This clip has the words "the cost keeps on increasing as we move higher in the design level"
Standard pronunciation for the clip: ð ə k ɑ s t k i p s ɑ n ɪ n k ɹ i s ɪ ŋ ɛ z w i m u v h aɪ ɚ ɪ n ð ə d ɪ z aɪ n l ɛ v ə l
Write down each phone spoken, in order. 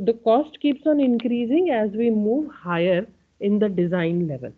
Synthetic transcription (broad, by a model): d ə k ɑ s t k i p s ɑ n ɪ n k ɹ i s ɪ ŋ ɛ z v i m u v h aɪ ɚ ɪ n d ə d ɪ z aɪ n l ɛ v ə l